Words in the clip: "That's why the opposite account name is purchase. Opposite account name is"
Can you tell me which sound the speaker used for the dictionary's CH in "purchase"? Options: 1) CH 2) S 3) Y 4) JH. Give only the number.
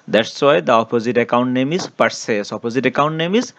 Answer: 2